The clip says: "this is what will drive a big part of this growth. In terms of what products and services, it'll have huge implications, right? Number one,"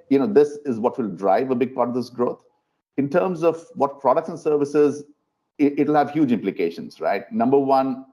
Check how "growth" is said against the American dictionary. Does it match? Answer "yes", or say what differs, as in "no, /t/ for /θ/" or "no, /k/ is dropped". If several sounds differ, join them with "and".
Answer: no, /t/ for /θ/